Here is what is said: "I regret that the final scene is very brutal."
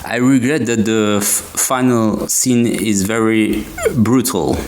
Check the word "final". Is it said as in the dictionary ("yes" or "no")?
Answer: yes